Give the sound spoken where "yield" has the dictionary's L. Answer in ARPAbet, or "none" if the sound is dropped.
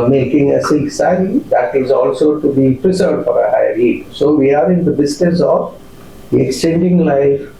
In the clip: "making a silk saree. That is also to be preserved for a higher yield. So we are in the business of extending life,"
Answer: none